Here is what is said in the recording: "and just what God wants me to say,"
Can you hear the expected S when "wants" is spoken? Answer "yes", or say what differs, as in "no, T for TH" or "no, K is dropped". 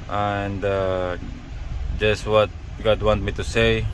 no, S is dropped